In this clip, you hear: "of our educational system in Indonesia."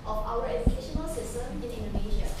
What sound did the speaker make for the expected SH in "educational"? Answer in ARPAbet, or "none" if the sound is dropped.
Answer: SH